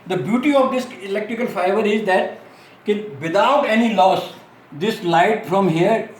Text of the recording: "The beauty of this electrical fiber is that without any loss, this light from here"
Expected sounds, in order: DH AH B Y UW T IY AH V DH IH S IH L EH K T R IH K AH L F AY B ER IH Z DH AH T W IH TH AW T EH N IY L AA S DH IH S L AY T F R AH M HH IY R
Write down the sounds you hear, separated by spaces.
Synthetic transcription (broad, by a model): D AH B Y UW T IY AH V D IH S IH L EH K T R IH K AH L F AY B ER IH Z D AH T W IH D AW T EH N IY L AA S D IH S L AY T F R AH M HH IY R